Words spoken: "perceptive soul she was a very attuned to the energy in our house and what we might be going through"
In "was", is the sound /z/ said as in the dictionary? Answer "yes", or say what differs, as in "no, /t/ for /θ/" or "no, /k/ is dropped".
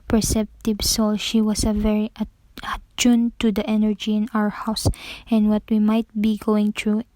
no, /s/ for /z/